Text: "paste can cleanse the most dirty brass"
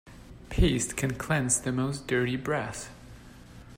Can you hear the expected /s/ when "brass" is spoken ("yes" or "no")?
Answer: no